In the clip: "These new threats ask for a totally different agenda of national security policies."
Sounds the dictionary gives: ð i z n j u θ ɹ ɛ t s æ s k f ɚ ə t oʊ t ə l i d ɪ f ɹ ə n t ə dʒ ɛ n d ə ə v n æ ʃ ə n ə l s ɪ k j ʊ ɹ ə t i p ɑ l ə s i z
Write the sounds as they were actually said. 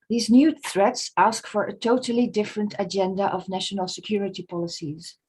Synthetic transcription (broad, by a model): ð i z n j u θ ɹ ɛ t s æ s k f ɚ ə t oʊ t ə l i d ɪ f ɹ ə n t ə dʒ ɛ n d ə ə v n æ ʃ ə n ə l s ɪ k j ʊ ɹ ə t i p ɑ l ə s i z